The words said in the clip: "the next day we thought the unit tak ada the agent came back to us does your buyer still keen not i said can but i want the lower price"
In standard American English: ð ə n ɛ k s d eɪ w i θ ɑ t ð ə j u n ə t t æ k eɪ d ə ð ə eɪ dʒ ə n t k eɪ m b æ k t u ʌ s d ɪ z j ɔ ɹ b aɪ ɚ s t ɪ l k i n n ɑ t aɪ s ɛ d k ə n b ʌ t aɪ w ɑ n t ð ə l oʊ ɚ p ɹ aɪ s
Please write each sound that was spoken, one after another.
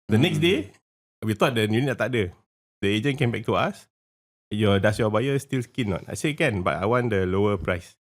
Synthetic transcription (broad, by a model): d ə n ɛ k s d eɪ w i t ɑ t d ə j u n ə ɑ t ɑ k d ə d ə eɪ dʒ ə n k eɪ m b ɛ k t u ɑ s d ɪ s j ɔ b aɪ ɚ s t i l k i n n ɑ t aɪ s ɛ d k ə n b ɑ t aɪ w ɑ n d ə l oʊ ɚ p ɹ aɪ s